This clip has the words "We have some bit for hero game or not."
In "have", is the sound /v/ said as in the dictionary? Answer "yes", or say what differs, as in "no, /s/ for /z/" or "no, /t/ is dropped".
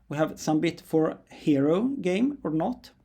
yes